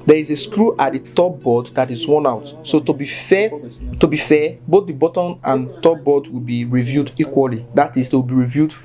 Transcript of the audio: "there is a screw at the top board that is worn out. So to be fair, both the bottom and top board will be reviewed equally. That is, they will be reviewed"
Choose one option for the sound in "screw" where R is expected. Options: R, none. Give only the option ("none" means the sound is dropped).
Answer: R